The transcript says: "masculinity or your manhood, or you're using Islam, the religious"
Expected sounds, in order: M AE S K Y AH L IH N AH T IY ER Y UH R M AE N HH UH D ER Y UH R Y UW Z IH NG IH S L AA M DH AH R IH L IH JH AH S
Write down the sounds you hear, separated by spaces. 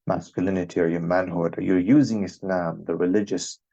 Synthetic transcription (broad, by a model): M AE S K Y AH L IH N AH T IY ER Y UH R M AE N HH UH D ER Y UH R Y UW Z IH NG IH S L AA M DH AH R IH L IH JH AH S